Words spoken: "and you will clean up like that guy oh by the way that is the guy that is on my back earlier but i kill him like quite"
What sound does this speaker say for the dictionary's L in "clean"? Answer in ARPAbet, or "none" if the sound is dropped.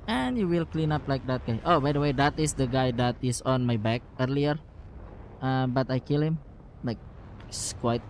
L